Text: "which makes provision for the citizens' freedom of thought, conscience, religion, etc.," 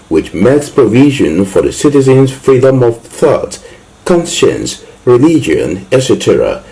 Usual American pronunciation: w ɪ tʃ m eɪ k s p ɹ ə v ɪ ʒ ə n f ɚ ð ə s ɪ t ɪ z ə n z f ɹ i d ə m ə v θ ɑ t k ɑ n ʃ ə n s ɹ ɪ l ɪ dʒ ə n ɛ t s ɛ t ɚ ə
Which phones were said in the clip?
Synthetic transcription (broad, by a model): w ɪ tʃ m eɪ k s p ɹ ə v ɪ ʒ ə n f ɚ ð ə s ɪ t ɪ z ə n z f ɹ i d ə m ə v θ ɑ t k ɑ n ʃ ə n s ɹ ɪ l ɪ dʒ ə n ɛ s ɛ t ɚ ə